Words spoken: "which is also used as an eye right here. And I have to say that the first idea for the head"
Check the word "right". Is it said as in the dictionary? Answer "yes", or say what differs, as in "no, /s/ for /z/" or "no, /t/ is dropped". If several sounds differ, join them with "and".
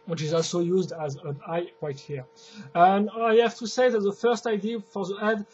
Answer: no, /w/ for /ɹ/